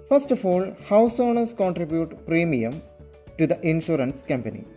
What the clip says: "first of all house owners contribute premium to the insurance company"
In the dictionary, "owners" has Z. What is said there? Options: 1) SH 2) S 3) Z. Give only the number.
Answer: 2